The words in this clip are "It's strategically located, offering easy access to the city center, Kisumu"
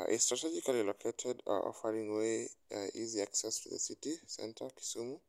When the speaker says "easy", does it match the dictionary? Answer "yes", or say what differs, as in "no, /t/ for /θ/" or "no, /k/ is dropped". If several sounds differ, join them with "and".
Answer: yes